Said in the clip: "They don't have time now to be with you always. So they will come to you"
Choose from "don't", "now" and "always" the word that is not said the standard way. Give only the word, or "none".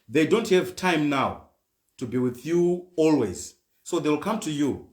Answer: none